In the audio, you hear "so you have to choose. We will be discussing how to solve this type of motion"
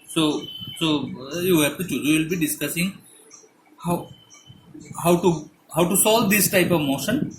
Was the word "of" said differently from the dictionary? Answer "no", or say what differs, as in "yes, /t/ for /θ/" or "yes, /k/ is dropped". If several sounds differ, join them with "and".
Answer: no